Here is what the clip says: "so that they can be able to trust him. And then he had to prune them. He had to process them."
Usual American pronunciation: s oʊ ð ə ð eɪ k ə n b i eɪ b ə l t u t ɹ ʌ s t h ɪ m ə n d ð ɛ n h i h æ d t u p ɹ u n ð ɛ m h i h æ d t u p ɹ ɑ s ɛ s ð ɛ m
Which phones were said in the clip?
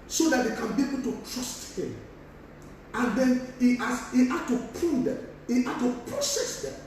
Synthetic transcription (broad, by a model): s oʊ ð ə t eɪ k ə n b i eɪ b ə l t u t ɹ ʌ s t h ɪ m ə n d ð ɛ n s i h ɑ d t u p u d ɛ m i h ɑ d t u p ɹ ɑ s ɛ s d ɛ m